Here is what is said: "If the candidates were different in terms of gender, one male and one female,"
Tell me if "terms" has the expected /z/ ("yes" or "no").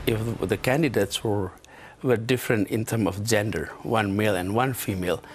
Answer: no